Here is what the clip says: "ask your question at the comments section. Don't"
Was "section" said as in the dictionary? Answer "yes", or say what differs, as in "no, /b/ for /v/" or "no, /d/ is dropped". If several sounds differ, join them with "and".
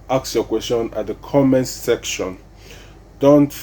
yes